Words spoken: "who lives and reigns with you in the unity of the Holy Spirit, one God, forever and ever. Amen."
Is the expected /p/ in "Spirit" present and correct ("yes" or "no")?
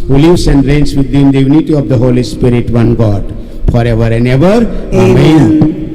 yes